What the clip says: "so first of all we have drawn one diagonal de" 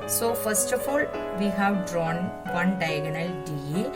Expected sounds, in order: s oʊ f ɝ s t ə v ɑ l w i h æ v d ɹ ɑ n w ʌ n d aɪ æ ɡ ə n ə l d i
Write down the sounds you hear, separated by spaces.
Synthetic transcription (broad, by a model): s oʊ f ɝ s t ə f ɑ l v i h æ v d ɹ ɑ n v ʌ n d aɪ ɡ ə n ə l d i